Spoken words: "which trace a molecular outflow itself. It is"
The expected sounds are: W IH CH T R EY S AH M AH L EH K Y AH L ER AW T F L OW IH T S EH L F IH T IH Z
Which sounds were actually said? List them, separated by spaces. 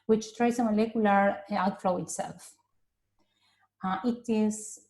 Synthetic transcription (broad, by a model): W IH CH T R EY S AH M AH L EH K Y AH L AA AW T F L OW IH T S EH L F IH T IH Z